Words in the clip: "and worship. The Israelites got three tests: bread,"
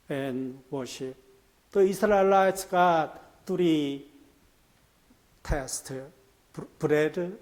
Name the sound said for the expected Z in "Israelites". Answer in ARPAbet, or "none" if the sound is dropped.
S